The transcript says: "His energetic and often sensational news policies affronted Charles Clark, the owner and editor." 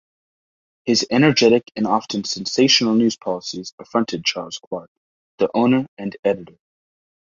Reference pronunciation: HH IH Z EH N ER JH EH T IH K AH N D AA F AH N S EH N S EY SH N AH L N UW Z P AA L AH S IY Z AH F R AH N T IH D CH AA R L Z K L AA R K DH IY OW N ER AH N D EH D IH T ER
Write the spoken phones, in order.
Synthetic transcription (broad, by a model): HH IH Z EH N ER JH EH T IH K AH N AA F AH N S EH N S EY SH N L N UW Z P AA L AH S IY Z AH F R AH N T IH D CH AA R L Z K W AA R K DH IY OW N ER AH N EH D IH T ER